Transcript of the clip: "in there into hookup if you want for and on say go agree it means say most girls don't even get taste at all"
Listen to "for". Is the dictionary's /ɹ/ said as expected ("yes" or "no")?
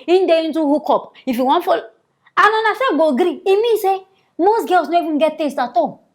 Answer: no